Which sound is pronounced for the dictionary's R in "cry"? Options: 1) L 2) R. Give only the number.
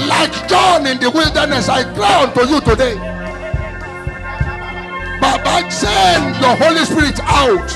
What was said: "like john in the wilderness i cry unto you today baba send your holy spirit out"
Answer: 1